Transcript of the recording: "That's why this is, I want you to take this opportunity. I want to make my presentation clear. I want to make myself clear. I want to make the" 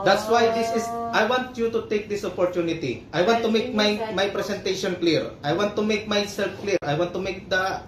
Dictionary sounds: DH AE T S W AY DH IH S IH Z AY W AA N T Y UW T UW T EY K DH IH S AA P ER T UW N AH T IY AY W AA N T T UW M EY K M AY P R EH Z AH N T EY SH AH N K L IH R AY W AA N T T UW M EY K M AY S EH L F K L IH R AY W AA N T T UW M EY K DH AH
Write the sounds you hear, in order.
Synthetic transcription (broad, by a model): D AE T S W AY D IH S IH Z AY W AA N T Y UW T UW T EY K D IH S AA P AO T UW N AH T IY AY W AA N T T UW M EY K M AY P R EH S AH N T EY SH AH N K L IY R AY W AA N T T UW M EY K M AY S EH L F K L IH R AY W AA N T T UW M EY K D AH